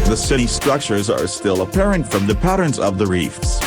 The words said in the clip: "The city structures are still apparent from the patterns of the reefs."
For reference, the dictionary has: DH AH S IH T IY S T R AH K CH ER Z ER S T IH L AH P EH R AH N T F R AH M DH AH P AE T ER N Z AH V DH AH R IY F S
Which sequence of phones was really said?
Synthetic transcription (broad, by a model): DH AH S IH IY S T R AH K CH ER Z ER S T IH L AH P EH R AH N T F R AH M DH AH P AE T ER N Z AH V DH AH R IY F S